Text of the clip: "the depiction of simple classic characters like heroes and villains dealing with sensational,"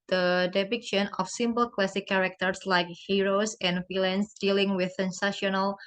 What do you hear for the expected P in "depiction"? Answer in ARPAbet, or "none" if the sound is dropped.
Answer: B